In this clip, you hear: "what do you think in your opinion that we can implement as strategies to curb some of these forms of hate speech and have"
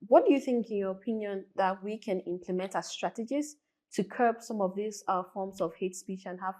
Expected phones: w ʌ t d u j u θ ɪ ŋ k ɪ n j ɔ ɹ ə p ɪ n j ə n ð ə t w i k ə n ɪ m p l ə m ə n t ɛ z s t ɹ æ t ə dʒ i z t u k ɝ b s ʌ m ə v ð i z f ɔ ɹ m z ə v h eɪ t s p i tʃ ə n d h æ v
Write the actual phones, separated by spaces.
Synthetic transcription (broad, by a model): w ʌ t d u j u θ ɪ ŋ k ɪ n j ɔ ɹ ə p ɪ n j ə n ð ə t w i k ə n ɪ m p l ə m ə n t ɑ s t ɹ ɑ t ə dʒ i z t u k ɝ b s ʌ m ə v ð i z f ɔ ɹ m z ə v h eɪ t s p i tʃ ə n h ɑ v